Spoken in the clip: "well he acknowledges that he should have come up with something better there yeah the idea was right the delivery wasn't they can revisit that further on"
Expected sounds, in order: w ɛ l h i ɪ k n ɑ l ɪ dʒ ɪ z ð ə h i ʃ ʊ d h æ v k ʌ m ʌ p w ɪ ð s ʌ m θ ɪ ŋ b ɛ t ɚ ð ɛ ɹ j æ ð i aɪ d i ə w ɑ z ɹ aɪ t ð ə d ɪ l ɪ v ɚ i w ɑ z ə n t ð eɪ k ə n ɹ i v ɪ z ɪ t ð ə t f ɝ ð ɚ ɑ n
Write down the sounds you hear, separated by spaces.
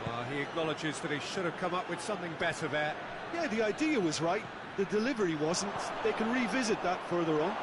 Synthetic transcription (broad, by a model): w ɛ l i ɪ k n ɑ l ɪ dʒ ɪ z ð ə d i ʃ ʊ d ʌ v k ʌ m ʌ p w ɪ ð s ʌ m θ ɪ ŋ b ɛ t ɚ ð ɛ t j æ ð i aɪ d i ə w ɑ z ɹ aɪ t ð ə d ɪ l ɪ v ɚ i w ɑ z ə n t ð eɪ k ə n ɹ i v ɪ z ɪ t ð ə t f ɝ ð ɚ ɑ n